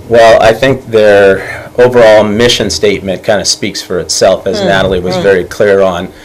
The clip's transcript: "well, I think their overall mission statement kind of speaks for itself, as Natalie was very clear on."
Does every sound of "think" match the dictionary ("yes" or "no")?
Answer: yes